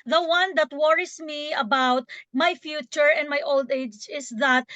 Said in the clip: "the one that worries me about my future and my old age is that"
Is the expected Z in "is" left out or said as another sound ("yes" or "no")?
yes